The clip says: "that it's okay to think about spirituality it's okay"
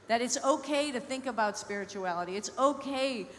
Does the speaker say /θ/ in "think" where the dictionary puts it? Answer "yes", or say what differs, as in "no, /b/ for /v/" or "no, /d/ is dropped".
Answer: yes